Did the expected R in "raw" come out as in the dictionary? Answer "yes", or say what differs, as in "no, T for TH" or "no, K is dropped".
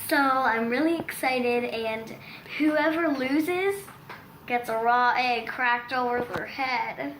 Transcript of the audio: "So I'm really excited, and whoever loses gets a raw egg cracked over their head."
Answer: yes